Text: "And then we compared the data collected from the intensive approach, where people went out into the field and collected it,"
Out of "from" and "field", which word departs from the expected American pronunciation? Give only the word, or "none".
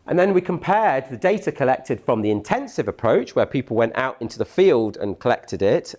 none